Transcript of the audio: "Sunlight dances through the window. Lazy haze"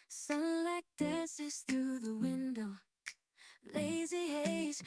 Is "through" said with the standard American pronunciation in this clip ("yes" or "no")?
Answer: yes